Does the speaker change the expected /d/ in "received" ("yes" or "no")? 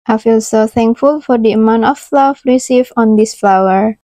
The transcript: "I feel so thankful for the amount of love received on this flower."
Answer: yes